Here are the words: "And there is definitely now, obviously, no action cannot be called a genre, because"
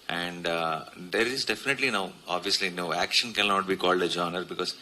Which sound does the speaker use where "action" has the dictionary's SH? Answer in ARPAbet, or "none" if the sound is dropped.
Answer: SH